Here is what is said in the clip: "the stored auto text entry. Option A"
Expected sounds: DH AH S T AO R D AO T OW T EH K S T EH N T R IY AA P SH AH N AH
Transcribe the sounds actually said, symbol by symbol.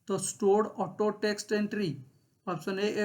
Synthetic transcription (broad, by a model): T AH S T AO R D AO T OW T EH K S T EH N T R IY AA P S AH N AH